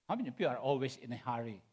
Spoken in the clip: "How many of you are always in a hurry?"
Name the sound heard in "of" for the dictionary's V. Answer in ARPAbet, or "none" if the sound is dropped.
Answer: P